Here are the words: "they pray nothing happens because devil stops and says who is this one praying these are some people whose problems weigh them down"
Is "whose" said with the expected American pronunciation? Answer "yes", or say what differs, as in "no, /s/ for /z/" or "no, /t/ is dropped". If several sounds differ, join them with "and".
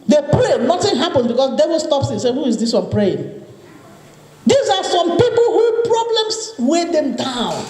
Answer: no, /z/ is dropped